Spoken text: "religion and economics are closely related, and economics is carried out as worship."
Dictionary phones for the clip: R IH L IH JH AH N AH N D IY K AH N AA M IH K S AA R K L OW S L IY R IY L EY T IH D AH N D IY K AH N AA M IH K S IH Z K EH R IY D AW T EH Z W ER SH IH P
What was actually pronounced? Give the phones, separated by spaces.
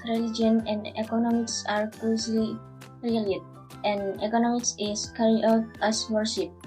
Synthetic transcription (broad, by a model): R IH L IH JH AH N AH N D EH K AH N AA M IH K S AA R K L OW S L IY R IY EY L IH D AH N D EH K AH N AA M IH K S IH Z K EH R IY AW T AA S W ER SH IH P